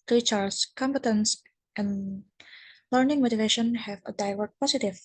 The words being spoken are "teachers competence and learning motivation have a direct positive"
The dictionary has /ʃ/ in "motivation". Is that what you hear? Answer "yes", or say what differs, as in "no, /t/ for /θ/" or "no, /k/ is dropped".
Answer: yes